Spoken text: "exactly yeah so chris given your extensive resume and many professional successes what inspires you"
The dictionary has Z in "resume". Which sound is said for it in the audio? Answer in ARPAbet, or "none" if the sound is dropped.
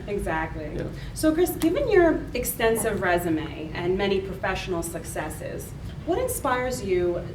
Z